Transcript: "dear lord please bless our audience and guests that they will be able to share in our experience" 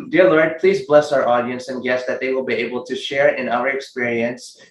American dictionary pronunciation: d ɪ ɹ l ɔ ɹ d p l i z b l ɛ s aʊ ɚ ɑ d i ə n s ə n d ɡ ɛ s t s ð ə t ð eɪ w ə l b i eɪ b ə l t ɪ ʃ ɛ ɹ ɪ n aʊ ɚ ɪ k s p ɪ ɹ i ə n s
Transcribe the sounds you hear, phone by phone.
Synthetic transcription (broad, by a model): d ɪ ɹ l ɔ ɹ d p l i z b l ɛ s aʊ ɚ ɑ d i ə n s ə n ɡ ɛ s s ð ə t ð eɪ w ə l b i eɪ b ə l t ɪ ʃ ɛ ɹ ɪ n aʊ ɚ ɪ k s p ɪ ɹ i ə n s